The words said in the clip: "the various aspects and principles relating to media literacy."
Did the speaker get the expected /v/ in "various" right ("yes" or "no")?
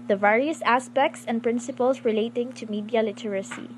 yes